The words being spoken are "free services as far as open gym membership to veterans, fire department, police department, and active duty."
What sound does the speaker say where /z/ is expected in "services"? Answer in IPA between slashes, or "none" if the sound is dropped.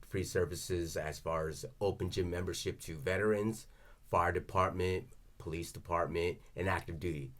/z/